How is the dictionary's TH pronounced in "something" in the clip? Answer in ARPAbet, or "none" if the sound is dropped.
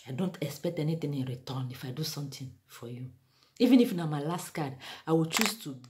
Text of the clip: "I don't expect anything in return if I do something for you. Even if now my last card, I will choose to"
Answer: T